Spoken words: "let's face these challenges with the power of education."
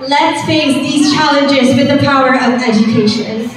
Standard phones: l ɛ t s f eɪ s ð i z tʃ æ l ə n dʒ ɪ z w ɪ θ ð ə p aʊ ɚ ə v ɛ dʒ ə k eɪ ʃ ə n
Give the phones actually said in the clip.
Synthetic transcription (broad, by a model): l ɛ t s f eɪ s ð i z tʃ æ l ə n dʒ ɪ z w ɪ ð ə p aʊ ɚ ə v ɛ dʒ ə k eɪ ʃ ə n